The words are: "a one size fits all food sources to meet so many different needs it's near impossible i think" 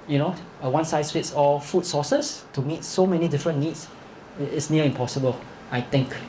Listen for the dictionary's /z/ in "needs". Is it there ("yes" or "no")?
no